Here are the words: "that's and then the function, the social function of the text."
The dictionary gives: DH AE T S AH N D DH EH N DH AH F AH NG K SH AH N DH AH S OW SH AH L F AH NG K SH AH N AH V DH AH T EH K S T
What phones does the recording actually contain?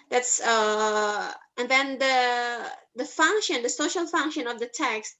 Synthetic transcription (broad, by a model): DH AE T S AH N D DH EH N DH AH F AH NG K SH AH N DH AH S OW SH AH L F AH NG K SH AH N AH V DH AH T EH K S T